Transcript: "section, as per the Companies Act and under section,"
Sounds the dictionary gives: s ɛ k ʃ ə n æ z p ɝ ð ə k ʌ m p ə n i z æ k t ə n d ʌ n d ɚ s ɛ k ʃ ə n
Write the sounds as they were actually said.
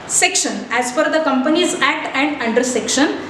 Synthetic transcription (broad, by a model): s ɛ k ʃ ə n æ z f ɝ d ə k ʌ m p ə n i z æ k t ə n d ʌ n d ɚ s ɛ k ʃ ə n